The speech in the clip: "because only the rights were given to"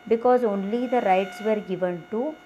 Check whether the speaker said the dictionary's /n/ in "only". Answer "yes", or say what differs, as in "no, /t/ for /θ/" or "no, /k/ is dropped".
yes